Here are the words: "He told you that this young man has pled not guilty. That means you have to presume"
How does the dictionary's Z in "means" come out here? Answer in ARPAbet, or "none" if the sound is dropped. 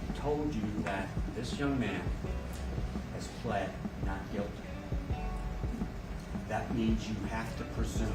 Z